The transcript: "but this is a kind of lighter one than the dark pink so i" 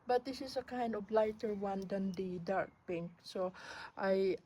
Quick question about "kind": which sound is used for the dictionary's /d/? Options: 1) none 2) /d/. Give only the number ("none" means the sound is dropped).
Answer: 2